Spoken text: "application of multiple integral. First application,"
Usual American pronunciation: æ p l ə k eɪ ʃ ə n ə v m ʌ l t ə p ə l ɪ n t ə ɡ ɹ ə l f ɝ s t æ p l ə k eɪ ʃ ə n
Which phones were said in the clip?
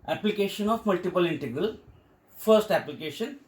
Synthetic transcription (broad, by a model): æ p l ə k eɪ ʃ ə n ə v m ʌ l t ə p ə l ɪ n t ə ɡ ɹ ə l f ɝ s t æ p l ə k eɪ ʃ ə n